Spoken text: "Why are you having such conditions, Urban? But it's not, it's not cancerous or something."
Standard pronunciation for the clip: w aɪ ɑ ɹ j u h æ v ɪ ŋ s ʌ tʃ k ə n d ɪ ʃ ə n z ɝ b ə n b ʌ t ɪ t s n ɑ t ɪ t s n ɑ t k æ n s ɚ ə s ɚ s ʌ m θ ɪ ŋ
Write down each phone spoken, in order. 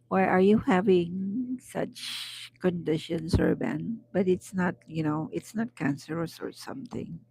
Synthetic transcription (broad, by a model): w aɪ ɑ ɹ j u h æ v ɪ ŋ s ʌ tʃ k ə n d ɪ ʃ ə n s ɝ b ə n b ʌ t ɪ t s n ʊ t ɪ t s n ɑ t k æ n s ɚ ə s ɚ s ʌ m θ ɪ ŋ